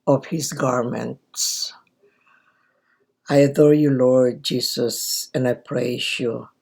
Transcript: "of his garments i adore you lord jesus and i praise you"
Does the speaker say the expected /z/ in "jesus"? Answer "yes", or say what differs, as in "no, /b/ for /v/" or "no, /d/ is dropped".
no, /s/ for /z/